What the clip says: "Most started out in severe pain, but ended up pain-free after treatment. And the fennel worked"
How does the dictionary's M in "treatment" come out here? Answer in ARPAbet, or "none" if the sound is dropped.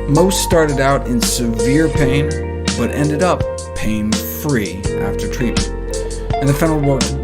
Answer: none